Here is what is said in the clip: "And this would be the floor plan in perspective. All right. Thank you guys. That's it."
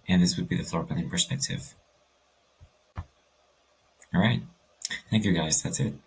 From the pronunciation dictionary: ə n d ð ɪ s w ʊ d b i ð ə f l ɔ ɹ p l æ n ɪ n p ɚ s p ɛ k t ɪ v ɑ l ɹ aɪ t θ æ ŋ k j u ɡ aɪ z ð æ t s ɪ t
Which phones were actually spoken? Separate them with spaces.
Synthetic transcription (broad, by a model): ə n ð ɪ s w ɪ d b i ð ə f l ɔ ɹ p æ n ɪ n p ɚ s p ɛ k t ɪ v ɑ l ɹ aɪ t θ æ ŋ k j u ɡ aɪ z ð æ t s ɪ t